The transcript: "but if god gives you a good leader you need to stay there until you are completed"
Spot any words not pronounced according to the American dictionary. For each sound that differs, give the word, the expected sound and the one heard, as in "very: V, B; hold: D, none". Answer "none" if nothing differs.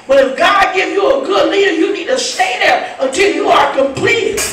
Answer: gives: Z, none